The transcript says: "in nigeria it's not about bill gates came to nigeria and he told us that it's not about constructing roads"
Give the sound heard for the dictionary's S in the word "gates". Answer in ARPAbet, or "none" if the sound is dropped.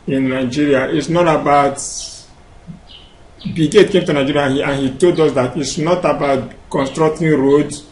none